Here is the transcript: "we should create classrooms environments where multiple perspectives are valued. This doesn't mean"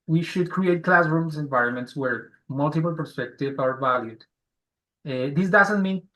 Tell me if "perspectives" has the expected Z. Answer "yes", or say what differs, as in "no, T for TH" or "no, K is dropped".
no, Z is dropped